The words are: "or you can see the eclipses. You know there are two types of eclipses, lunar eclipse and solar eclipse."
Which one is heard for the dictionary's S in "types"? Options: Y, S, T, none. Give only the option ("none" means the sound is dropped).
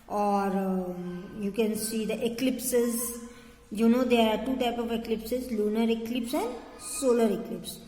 none